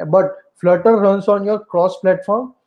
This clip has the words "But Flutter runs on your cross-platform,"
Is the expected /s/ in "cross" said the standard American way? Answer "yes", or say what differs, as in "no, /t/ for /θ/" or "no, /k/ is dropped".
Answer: yes